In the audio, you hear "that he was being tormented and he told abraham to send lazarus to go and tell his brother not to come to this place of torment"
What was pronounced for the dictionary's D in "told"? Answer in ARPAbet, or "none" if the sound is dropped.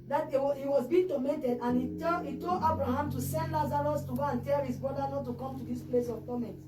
none